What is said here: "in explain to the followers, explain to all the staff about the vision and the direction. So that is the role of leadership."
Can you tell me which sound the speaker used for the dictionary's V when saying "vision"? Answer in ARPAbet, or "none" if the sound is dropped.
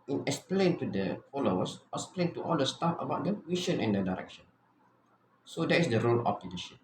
W